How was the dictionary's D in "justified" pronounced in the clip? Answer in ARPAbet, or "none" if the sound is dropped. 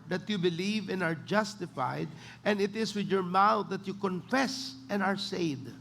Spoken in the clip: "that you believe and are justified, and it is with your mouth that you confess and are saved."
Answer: D